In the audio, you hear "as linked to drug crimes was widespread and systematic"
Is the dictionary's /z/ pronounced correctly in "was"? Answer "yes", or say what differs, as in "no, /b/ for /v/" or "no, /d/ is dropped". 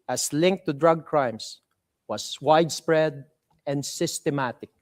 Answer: no, /s/ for /z/